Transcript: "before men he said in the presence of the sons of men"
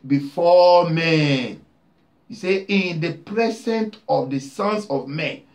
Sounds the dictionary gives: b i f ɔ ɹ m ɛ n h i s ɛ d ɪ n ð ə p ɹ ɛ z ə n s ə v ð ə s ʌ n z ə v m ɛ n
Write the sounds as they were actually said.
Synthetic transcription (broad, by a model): b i f ɔ m ɛ n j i s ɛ ɪ n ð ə p ɹ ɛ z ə n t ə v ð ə s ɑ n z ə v m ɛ n